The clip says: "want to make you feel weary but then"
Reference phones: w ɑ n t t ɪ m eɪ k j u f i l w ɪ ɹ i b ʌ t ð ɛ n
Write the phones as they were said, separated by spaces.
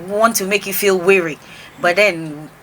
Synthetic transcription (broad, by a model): w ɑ n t t ɪ m eɪ k j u f i l w ɪ ɹ i b ʌ t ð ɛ n